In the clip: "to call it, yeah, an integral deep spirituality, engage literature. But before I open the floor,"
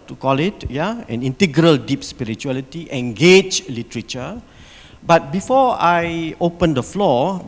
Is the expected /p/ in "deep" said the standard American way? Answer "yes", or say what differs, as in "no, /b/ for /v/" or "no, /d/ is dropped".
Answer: yes